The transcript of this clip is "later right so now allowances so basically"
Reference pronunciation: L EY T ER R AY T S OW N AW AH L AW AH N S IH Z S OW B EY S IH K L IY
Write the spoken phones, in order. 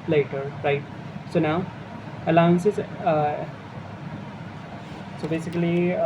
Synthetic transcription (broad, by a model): L EY T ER R AY T S OW N AW AH L AW AH N S IH Z S OW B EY S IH K L IY